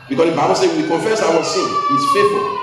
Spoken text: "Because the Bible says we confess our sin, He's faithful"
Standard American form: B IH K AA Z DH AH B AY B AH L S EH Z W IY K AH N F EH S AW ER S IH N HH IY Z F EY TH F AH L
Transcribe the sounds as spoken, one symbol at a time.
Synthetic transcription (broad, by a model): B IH K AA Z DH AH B AY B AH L S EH W IY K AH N F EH S AW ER S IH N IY S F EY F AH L